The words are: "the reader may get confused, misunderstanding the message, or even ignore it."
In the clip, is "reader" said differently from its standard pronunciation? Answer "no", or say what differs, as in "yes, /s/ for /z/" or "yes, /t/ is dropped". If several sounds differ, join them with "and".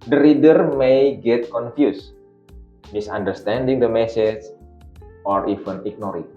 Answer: no